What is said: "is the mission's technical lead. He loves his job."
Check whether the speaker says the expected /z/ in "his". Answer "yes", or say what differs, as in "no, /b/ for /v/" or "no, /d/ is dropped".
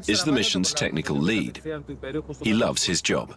yes